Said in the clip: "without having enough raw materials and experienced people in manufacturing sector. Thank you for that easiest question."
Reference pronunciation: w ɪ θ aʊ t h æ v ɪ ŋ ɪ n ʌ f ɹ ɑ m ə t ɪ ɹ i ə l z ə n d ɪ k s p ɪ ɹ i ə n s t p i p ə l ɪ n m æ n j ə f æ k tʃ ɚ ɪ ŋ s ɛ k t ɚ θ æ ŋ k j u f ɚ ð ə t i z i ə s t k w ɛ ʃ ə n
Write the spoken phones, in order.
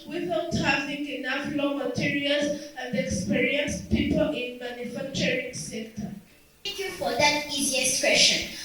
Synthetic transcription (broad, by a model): w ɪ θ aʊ t h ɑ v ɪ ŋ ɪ n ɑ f l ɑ m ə t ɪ ɹ i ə l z ə n d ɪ k s p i ɹ i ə n s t p i p ə l ɪ n m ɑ n j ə f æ k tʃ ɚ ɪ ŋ s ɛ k t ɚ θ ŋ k j u f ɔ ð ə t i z i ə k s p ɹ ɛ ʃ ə n